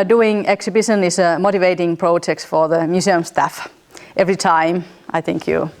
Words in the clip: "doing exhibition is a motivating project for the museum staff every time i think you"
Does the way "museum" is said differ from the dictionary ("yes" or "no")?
yes